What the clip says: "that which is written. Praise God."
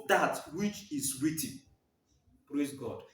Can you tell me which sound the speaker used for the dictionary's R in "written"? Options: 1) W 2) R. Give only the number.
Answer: 1